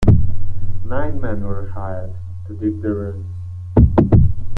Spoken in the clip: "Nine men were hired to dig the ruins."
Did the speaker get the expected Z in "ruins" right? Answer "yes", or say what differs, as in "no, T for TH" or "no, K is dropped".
no, Z is dropped